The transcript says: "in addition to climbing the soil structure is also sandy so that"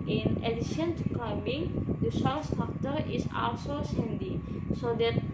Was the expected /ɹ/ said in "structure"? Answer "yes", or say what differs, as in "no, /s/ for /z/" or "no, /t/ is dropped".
no, /ɹ/ is dropped